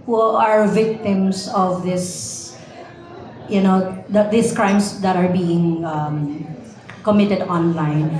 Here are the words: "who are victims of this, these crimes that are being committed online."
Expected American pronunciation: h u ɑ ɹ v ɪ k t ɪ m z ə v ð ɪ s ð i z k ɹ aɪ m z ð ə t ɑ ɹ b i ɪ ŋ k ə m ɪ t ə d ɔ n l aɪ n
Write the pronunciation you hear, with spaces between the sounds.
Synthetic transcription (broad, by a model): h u ɑ ɹ v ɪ k t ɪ m s ə v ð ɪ s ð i s k ɹ aɪ m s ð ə t ɑ ɹ b i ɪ ŋ k ə m ɪ t ə d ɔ n l aɪ n